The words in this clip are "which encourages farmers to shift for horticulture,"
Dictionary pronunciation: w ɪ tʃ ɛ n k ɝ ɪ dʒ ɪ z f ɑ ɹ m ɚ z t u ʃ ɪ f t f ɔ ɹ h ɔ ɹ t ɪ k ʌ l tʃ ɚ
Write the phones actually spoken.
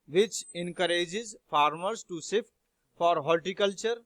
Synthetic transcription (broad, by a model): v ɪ tʃ ɛ n k ɝ ɪ dʒ ɪ z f ɑ ɹ m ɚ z t u s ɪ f t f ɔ ɹ h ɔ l t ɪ k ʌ l tʃ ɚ